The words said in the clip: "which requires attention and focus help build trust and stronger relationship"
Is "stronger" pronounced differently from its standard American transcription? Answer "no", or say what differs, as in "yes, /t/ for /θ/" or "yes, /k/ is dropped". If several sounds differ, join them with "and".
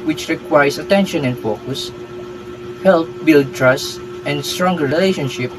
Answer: no